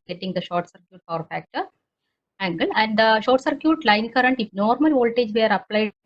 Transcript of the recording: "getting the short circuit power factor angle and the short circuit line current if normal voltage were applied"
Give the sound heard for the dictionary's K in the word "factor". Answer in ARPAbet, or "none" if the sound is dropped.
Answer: K